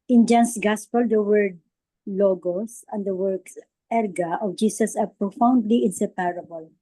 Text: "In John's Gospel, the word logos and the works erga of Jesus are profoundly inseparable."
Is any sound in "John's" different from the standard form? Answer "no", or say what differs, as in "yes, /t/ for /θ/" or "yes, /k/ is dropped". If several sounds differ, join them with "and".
yes, /s/ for /z/